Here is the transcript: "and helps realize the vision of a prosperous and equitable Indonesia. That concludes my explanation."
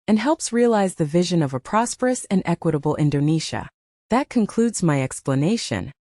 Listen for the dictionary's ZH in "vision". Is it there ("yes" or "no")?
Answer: yes